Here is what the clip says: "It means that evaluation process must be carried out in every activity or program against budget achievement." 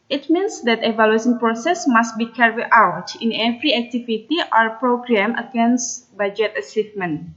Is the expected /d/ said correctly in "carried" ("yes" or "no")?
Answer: no